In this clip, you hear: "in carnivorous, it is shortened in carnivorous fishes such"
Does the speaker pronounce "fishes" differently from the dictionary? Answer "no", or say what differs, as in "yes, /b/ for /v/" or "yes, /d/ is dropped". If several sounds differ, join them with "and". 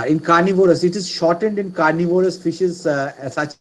no